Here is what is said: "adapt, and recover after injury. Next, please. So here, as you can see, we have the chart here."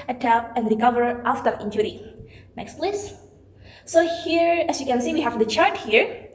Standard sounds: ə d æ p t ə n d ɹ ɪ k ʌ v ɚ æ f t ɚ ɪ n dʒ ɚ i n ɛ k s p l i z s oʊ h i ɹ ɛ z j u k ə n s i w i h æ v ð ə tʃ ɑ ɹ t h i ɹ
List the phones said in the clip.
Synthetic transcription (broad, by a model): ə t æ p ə n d ɹ ɪ k ʌ v ɚ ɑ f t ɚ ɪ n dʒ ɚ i n ɛ k s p l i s s oʊ h i ɹ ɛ s j u k ə n s i w i h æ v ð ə tʃ ɑ ɹ t h i ɹ